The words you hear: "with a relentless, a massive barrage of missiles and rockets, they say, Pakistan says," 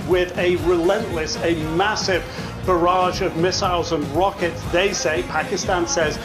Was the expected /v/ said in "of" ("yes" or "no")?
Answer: yes